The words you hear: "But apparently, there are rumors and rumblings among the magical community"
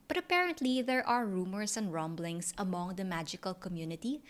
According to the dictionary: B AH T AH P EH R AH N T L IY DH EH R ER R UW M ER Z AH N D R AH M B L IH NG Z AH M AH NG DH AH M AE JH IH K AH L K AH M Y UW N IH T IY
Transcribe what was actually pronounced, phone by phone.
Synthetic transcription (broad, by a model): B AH T AH P EH R AH N T L IY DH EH R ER R UW M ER S AH N D R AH M B L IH NG S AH M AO NG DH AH M AE JH IH K AH L K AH M Y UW N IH T IY